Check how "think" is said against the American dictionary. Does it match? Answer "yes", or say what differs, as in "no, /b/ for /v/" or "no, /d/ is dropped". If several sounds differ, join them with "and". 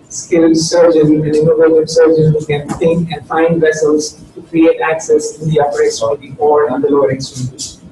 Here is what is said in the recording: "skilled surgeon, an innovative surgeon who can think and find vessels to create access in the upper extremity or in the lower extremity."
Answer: no, /t/ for /θ/